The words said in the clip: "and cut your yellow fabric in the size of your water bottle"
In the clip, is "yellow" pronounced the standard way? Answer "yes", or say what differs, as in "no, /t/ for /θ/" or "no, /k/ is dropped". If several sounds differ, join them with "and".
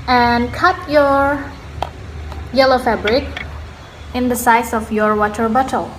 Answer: yes